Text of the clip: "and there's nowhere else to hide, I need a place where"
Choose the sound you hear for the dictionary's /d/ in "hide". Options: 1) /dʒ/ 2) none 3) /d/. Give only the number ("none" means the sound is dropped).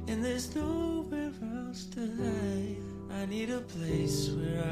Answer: 2